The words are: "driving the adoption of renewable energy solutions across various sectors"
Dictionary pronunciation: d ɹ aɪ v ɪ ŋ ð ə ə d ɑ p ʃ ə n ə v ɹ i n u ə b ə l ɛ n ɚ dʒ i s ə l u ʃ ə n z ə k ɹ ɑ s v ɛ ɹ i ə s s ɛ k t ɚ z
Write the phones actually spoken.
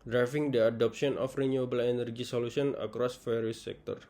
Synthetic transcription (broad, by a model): d ɹ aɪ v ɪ ŋ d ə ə d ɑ p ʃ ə n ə f ɹ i n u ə b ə l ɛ n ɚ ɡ i s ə l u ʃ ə n ə k ɹ ɑ s f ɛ ɹ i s s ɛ k t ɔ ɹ